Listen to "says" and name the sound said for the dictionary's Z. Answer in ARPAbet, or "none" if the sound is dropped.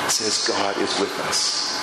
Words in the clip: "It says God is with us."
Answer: Z